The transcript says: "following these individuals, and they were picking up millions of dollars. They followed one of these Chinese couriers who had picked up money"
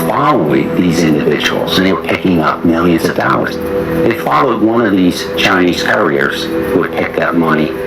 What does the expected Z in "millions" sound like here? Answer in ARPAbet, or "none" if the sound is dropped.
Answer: Z